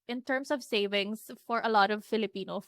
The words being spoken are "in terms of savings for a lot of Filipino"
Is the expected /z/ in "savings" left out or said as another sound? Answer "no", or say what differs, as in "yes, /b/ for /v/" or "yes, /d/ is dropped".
yes, /s/ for /z/